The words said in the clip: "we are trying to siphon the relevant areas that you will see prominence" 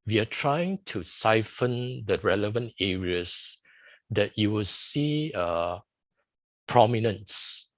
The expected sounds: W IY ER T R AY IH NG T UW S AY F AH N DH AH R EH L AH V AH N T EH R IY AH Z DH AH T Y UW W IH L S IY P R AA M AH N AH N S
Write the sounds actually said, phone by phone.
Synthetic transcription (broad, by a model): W IY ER T R AY IH NG T UW S AY F AH N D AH R EH L AH V AH N T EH R IY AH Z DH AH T Y UW W IH L S IY P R AA M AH N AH N S